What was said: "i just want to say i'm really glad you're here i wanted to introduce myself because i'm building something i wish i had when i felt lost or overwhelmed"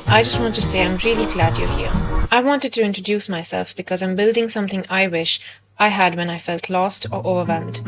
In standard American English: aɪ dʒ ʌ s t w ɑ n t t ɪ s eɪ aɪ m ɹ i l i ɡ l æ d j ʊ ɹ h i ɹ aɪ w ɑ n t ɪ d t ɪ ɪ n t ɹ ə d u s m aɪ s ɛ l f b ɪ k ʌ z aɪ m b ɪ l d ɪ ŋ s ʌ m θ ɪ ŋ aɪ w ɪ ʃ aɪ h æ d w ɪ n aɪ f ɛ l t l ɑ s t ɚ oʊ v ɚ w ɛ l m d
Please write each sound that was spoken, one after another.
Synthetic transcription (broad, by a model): aɪ dʒ ʌ s t w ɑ n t t ɪ s eɪ aɪ m ɹ i l i ɡ l æ d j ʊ h i ɹ aɪ w ɑ n t ɪ d t ɪ ɪ n t ɹ ə d u s m aɪ s ɛ l f b ɪ k ʌ z aɪ m b ɪ l d ɪ ŋ s ʌ m θ ɪ ŋ aɪ w ɪ ʃ aɪ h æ d w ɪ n aɪ f ɛ l t l ɑ s t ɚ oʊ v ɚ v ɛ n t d